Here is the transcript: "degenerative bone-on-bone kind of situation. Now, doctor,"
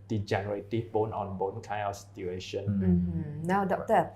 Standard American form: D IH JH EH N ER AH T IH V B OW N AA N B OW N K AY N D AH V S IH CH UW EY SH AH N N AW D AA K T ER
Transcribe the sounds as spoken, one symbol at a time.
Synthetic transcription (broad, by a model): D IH JH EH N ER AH T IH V B OW N AA N B OW N K AY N AH F S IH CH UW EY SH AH N N AW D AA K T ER